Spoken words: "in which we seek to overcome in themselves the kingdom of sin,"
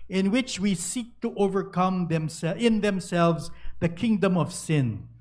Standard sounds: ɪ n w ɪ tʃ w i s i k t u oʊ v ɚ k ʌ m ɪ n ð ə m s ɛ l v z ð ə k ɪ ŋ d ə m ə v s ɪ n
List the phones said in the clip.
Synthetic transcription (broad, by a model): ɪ n w ɪ tʃ w i s i k t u oʊ v ɚ k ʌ m ɪ n ð ə m s ɛ l v z ð ə k ɪ ŋ d ə m ə v s ɪ n